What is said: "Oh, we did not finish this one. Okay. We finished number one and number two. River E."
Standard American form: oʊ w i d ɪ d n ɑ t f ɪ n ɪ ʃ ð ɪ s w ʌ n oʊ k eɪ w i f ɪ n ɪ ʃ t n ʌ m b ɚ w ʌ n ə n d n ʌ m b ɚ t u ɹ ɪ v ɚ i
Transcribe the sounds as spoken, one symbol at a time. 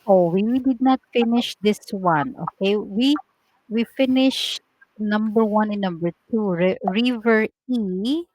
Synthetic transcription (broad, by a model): oʊ w i d ɪ d n ɑ t f ɪ n ɪ ʃ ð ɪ s w ʌ n oʊ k eɪ w i f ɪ n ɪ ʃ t n ʌ m b ɚ w ʌ n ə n n ʌ m b ɚ t u ɹ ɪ v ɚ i